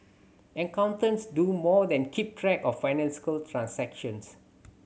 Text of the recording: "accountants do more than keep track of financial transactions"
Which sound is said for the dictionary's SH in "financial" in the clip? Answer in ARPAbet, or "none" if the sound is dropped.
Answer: S